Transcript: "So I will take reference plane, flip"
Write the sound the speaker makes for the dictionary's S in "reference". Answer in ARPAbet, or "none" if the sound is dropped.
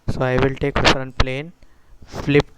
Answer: none